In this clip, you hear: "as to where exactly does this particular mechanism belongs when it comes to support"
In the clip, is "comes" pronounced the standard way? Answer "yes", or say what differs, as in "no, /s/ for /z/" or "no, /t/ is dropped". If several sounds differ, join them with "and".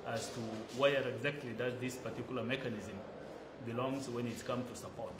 no, /z/ is dropped